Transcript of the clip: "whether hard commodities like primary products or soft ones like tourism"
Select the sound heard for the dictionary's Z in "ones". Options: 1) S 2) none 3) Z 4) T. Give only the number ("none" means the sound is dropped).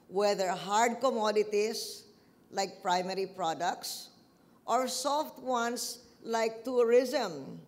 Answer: 1